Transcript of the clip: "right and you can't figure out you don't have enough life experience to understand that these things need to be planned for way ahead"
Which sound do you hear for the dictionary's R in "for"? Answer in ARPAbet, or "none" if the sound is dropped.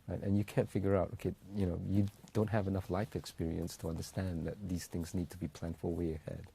L